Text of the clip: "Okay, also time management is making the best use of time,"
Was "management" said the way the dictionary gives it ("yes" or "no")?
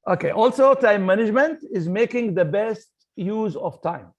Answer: yes